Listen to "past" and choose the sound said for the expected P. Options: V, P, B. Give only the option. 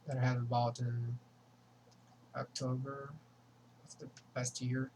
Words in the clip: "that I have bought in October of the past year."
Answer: B